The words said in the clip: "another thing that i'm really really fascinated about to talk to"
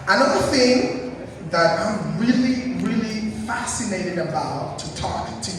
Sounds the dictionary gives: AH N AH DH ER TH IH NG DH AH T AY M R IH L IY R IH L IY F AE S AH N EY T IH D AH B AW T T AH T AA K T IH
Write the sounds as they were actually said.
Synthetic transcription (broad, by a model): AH N AH DH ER TH IH NG DH AH T AY M R IH L IY R IH L IY F AE S AH N EY T IH D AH B AW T T AH T AA K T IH